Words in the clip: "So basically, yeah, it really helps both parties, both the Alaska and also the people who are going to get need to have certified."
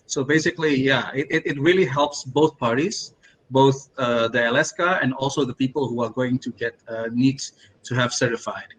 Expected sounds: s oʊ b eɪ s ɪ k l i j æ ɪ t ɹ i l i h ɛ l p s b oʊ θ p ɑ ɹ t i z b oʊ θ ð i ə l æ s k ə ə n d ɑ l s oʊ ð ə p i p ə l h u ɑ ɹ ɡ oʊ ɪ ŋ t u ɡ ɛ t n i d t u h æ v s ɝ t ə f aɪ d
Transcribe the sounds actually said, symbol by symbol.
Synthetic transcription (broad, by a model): s oʊ b eɪ s ɪ k l i j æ ɪ t ɹ i l i h ɛ l p s b oʊ θ p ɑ ɹ t i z b oʊ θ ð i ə l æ s k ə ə n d ɑ l s oʊ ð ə p i p ə l h u ɑ ɹ ɡ oʊ ɪ ŋ t u ɡ ɛ t n i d t u h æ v s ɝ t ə f aɪ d